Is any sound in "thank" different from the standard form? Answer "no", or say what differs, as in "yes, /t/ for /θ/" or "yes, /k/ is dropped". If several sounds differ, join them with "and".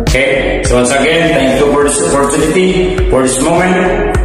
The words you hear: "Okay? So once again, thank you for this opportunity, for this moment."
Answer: yes, /t/ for /θ/